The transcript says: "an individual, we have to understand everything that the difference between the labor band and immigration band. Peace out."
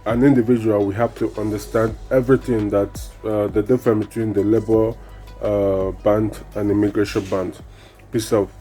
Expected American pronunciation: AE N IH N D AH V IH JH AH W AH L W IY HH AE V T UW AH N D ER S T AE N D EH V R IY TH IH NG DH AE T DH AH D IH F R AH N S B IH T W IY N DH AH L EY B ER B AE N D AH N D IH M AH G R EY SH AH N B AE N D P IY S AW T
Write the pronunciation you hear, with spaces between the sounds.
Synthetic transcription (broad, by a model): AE N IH N D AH V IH JH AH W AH L W IY HH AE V T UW AH N D ER S T AE N D EH V R IY TH IH NG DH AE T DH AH D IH F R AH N B IH T W IY N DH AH L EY B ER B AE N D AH N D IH M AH G R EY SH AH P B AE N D P IY S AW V